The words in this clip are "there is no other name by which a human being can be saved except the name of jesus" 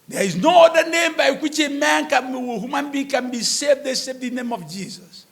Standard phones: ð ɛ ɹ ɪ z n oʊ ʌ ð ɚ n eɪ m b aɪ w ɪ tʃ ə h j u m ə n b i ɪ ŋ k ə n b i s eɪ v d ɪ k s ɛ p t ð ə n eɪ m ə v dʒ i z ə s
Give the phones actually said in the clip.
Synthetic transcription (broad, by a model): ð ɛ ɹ ɪ z n oʊ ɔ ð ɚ n eɪ m b aɪ w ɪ tʃ ə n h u m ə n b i k ə n b i s eɪ v d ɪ s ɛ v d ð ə n eɪ m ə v dʒ i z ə s